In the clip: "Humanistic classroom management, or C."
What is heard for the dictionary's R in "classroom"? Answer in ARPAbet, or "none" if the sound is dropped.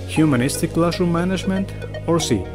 none